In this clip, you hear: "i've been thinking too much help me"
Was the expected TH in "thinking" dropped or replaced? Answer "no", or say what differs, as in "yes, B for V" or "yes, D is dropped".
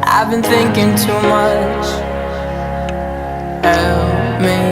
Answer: no